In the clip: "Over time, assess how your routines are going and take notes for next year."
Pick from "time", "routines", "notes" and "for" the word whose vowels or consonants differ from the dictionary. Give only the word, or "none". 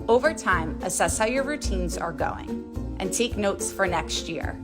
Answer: none